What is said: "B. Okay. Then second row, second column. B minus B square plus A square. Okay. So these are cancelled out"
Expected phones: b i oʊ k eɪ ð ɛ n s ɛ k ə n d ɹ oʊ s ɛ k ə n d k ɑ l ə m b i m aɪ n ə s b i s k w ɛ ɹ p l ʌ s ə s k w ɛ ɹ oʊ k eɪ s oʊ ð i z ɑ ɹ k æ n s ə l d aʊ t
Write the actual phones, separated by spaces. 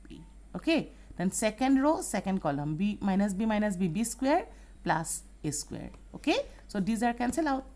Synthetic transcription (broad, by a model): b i oʊ k eɪ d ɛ n s ɛ k ə n d ɹ oʊ s ɛ k ə n d k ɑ l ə m b i m aɪ n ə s b i s k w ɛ ɹ p l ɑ s ə s k w ɛ ɹ oʊ k eɪ s oʊ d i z ɑ ɹ k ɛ n s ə l aʊ t